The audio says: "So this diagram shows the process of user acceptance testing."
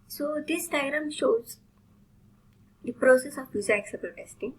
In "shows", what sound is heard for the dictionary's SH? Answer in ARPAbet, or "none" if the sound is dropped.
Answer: SH